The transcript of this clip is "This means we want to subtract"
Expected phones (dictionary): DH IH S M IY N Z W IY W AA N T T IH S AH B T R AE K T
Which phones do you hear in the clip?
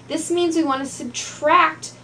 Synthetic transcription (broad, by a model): DH IH S M IY N Z W IY W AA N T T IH S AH B T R AE K T